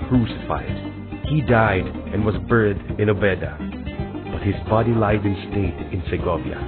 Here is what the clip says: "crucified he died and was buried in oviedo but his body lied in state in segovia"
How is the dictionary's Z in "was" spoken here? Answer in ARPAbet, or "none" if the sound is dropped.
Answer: Z